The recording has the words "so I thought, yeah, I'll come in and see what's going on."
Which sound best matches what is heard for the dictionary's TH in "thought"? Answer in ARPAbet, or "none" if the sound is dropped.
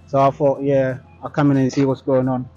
F